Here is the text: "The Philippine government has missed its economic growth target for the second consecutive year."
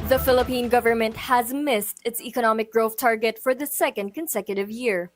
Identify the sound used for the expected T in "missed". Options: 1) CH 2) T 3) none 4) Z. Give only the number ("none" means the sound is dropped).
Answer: 2